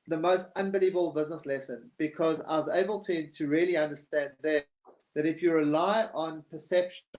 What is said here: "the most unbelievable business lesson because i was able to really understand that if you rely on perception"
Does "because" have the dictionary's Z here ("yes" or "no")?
yes